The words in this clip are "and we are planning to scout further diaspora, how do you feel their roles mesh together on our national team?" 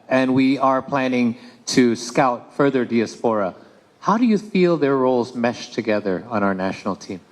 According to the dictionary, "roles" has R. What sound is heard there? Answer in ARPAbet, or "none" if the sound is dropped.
R